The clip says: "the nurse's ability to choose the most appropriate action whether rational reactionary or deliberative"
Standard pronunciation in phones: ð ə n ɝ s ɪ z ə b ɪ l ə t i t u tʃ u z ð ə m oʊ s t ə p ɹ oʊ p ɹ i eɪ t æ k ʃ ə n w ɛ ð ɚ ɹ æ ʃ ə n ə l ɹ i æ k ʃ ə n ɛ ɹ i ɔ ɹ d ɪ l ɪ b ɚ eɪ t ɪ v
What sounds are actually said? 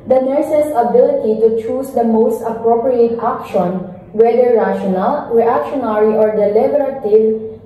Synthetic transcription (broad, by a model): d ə n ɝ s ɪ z ə b ɪ l ə t i t u tʃ u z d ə m oʊ s t ə p ɹ oʊ p ɹ i eɪ t æ k ʃ ə n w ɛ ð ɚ ɹ æ ʃ ə n ə l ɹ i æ k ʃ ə n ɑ ɹ i ɔ ɹ d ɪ l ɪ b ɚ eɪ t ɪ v